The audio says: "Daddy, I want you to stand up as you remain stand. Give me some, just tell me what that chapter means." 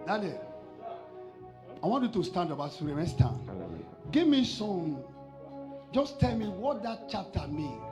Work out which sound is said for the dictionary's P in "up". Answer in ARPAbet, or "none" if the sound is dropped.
B